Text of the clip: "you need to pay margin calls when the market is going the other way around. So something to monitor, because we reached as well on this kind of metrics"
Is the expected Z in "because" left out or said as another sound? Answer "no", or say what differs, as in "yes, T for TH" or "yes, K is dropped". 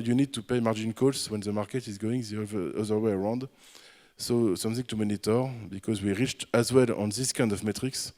no